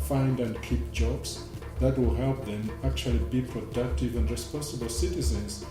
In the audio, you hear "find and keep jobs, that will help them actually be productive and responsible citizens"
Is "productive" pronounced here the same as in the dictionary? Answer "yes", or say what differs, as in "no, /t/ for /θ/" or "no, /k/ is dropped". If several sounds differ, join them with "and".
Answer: yes